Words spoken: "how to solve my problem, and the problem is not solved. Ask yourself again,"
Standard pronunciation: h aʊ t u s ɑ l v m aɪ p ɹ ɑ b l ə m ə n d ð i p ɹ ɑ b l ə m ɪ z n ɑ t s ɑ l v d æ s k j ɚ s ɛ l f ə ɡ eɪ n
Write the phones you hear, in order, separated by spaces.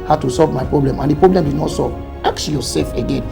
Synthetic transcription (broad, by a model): h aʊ t u s ɑ l v m aɪ p ɹ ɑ b l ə m ə n d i p ɹ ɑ b l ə m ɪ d n ɑ t s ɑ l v ɑ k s j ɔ s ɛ l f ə ɡ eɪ n